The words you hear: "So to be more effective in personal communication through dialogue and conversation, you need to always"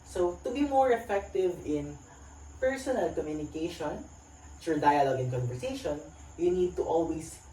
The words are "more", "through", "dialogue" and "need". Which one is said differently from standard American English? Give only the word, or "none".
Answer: through